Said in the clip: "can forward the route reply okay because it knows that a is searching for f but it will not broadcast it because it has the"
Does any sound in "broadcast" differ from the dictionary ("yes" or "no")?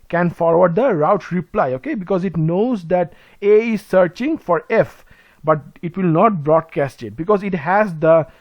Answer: no